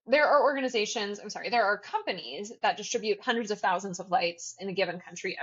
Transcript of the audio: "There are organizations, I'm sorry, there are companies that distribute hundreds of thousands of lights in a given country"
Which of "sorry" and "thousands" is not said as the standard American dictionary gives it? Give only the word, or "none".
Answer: none